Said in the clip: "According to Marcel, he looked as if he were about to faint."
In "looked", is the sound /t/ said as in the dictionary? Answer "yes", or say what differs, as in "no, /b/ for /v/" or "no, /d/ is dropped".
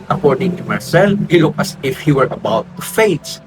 no, /t/ is dropped